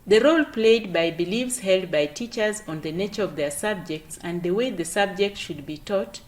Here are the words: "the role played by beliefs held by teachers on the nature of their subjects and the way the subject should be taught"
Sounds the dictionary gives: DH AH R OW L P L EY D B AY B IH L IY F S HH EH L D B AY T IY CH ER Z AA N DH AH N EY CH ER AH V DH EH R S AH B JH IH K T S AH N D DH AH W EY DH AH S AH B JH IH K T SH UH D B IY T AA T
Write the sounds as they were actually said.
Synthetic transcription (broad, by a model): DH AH R OW L P L EY D B AY B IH L IY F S HH EH L D B AY T IY CH ER Z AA N DH AH N EY CH ER AH V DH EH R S AH B JH IH K T S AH N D DH AH W EY DH AH S AH B JH IH K T SH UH D B IY T AA T